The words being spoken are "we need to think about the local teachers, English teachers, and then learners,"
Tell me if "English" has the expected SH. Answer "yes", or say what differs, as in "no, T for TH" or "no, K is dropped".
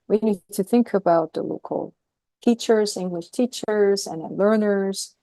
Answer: yes